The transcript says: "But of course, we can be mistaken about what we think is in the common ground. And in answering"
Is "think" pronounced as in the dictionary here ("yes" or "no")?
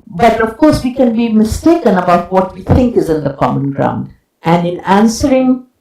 no